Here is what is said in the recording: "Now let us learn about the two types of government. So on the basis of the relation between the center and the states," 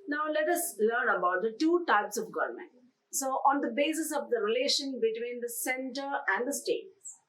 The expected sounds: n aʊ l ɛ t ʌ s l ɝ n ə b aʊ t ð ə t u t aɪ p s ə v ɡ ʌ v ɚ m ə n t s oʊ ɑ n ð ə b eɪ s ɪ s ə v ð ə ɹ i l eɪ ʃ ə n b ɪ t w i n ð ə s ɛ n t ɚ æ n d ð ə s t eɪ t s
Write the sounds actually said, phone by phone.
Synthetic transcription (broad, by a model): n aʊ l ɛ t ʌ s l ɝ n ə b aʊ t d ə t u t aɪ p s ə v ɡ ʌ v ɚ m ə n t s oʊ ɑ n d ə b eɪ s ɪ s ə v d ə ɹ i l eɪ ʃ ə n b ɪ t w i n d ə s ɛ n t ɚ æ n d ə s t eɪ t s